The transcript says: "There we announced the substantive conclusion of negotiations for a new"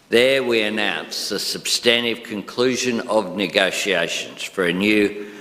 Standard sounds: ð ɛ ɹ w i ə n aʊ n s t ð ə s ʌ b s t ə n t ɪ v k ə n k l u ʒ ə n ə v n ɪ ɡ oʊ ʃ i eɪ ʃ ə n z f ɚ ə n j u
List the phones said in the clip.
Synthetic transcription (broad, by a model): ð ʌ ɹ w i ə n aʊ n s ð ə s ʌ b s t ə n t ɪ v k ə n k l u ʒ ə n ə v n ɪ ɡ oʊ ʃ i eɪ ʃ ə n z f ɚ ə n j u